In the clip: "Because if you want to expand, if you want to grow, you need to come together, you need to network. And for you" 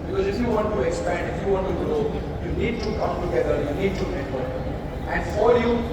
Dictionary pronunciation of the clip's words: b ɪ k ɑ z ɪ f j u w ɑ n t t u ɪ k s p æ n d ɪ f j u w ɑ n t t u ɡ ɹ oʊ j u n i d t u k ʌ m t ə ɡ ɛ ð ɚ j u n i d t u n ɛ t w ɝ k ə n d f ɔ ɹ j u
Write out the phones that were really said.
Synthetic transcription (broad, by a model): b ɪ k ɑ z ɪ f j u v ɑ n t t u ɪ k s p æ n d ɪ f j u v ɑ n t t u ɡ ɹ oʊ j u n i d t u k ʌ m t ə ɡ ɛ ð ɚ j u n i d t u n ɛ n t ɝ ə n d f ɔ ɹ j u